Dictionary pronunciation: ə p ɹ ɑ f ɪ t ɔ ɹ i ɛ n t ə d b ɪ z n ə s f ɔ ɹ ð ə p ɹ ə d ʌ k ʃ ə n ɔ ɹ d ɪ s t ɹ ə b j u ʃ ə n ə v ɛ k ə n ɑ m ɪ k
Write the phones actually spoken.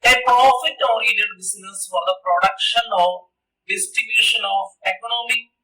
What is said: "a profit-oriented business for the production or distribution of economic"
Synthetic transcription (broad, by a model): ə p ɹ ɑ f ɪ t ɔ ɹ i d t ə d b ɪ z n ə s f ɔ ɹ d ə p ɹ ə d ʌ k ʃ ə n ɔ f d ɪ s t ə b j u ʃ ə n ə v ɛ k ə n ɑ m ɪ